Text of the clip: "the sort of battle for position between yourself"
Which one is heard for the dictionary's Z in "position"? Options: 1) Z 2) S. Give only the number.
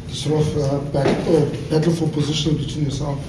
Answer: 1